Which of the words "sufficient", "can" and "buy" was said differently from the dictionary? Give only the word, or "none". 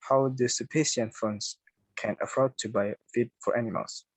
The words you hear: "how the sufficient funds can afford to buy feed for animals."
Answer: sufficient